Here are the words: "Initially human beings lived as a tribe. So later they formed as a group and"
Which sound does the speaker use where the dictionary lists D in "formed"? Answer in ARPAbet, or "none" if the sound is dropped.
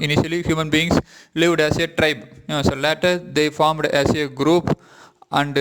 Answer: D